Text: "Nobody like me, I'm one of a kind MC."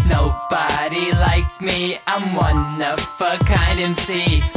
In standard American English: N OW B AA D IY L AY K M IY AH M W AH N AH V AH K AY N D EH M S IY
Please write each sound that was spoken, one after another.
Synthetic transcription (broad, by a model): N OW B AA D IY L AY K M IY AH M W AH N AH F AH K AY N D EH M S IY